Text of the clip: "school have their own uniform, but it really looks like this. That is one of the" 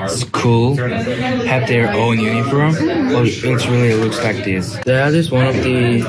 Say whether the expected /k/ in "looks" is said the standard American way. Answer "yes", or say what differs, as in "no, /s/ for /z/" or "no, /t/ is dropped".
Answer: no, /k/ is dropped